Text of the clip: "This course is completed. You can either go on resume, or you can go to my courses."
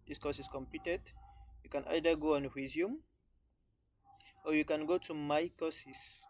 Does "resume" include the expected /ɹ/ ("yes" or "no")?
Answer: no